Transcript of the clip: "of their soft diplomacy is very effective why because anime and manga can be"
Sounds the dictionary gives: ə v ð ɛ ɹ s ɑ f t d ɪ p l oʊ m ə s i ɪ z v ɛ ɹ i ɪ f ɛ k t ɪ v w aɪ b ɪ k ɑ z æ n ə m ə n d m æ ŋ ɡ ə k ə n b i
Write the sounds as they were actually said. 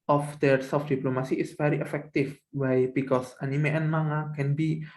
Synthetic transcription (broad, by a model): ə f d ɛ ɹ s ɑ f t d ɪ p l oʊ m ə s i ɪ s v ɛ ɹ i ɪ f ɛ k t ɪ f w aɪ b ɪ k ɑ s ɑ n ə m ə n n m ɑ ŋ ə k ə n b i